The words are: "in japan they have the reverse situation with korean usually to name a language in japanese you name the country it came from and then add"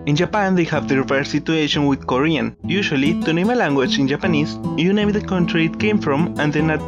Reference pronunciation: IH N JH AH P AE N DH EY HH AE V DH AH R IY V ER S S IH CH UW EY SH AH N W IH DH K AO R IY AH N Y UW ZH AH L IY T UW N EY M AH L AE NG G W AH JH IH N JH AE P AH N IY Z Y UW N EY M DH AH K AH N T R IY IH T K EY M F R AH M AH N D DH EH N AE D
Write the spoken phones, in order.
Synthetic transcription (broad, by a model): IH N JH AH P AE N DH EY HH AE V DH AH R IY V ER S S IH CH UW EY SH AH N W IH DH K AO R IY AH N Y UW SH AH L IY T UW N EY M AH L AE NG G W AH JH IH N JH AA P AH N IY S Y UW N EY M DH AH K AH N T R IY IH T K EY M F R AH M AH N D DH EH N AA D